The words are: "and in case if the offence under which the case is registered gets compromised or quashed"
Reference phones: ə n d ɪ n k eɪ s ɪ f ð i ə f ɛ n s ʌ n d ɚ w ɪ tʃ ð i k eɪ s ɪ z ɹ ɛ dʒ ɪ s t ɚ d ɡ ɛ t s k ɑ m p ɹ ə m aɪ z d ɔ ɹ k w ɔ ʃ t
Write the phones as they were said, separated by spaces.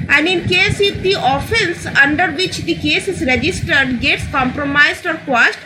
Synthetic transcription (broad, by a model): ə n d ɪ n k eɪ s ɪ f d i ə f ɛ n s ʌ n d ɚ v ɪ tʃ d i k eɪ s ɪ z ɹ ɛ dʒ ɪ s t ɚ d ɡ ɛ t s k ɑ m p ɹ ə m aɪ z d ɔ ɹ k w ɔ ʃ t